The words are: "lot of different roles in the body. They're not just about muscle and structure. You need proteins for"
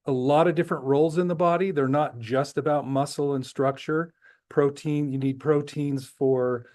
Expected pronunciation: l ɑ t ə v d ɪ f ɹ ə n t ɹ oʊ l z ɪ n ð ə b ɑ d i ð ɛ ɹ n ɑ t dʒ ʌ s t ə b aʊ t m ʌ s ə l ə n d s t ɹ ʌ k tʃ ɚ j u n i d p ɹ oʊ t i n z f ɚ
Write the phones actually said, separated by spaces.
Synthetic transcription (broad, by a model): l ɑ t ə v d ɪ f ɹ ə n t ɹ oʊ l z ɪ n ð ə b ɑ d i ð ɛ ɹ n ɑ t dʒ ʌ s t ə b aʊ t m ʌ s l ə n s t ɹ ʌ k tʃ ɚ j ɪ n i d p ɹ oʊ t i n z f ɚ